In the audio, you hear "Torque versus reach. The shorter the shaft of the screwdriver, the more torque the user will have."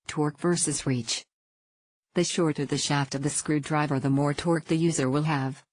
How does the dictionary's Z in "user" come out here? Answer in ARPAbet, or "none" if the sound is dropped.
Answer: Z